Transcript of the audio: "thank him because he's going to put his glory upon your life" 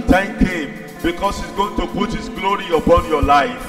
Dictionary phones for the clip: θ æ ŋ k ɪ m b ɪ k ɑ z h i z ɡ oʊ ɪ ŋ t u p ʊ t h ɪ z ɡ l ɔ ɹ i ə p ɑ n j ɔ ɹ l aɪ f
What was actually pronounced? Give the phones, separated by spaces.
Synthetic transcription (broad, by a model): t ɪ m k ɪ m b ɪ k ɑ s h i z ɡ oʊ ɪ ŋ t u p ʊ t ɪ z ɡ l ɔ ɹ i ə b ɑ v j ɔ l aɪ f